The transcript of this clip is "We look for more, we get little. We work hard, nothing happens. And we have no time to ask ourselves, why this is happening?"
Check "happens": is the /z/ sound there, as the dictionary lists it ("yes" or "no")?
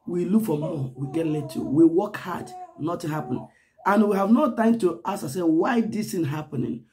no